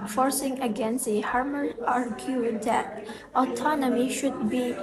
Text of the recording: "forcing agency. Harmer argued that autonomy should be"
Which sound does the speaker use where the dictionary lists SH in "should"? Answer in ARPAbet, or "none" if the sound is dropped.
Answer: SH